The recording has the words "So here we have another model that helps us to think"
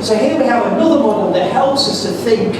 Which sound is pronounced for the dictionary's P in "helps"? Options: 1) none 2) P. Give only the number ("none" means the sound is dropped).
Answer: 1